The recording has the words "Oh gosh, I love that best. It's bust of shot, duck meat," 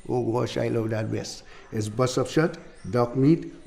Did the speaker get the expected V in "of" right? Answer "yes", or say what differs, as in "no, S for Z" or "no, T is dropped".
no, P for V